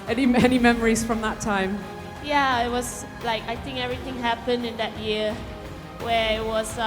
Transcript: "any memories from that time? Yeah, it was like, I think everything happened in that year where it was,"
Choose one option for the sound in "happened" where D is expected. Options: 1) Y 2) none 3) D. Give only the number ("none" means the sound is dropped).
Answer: 3